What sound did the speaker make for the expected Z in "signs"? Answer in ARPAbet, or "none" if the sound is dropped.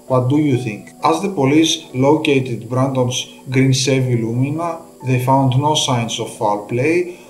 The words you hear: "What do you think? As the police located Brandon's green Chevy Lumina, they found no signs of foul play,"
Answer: S